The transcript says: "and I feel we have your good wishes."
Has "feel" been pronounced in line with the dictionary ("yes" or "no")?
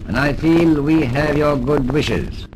yes